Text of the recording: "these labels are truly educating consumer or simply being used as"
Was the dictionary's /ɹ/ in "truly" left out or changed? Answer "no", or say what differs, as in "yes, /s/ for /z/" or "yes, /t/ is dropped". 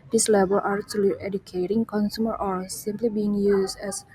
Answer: yes, /ɹ/ is dropped